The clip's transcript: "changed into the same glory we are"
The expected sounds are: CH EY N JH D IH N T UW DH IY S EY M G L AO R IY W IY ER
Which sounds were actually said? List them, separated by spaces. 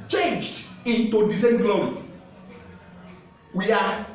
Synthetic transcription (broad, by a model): CH EY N JH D IH N T UW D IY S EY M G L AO IY W IY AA